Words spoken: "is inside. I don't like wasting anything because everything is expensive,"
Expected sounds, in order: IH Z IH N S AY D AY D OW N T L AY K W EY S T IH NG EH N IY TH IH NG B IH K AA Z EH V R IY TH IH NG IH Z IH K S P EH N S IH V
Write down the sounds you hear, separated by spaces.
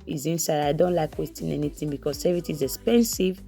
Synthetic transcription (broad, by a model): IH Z IH N S AY D AY D OW N T L AY K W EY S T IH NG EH N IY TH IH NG B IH K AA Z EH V IY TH IH Z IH K S P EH N S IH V